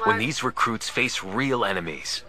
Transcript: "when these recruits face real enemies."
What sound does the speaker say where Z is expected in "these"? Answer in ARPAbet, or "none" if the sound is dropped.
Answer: Z